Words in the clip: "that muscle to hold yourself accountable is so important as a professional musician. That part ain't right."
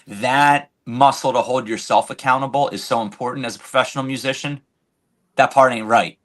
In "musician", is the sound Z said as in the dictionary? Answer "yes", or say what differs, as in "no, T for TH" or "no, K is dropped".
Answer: yes